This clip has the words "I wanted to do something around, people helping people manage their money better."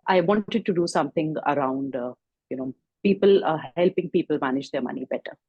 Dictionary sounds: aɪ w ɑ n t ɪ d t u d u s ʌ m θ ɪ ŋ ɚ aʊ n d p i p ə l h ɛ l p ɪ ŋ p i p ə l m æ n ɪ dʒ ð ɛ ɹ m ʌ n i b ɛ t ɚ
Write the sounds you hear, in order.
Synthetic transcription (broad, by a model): aɪ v ɑ n t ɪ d t u d u s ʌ m t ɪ ŋ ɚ aʊ n d p i p ə l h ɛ l p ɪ ŋ p i p ə l m æ n ɪ dʒ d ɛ ɹ m ʌ n i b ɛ t ɚ